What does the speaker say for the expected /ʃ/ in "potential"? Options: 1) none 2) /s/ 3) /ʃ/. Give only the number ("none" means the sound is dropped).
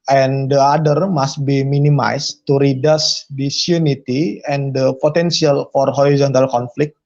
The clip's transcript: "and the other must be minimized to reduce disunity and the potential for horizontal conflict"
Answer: 2